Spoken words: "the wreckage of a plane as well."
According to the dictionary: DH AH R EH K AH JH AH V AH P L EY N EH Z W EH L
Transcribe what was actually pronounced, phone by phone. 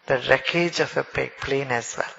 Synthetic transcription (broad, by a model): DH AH R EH K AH JH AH P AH P L EY N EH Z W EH L